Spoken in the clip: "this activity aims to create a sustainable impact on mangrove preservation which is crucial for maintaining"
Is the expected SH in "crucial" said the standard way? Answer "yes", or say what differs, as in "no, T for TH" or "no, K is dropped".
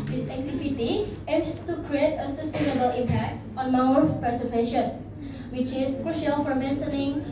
yes